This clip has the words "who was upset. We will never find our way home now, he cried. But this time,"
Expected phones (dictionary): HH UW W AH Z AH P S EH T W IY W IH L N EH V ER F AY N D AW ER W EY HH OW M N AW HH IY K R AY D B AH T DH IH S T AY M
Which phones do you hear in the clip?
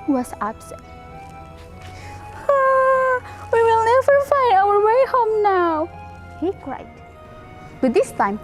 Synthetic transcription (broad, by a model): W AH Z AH B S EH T W IY W IH L N EH V ER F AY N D AW ER W EY HH OW M N AW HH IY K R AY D B AH T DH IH S T AY M